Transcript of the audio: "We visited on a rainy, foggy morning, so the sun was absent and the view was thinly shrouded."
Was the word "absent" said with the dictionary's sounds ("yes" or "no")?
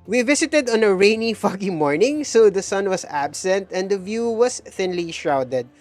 yes